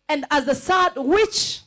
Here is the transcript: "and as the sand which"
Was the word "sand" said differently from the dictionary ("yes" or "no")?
yes